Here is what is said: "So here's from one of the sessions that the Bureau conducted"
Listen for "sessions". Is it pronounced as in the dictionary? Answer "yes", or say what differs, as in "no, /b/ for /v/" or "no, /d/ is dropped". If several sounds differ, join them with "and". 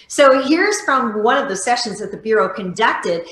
yes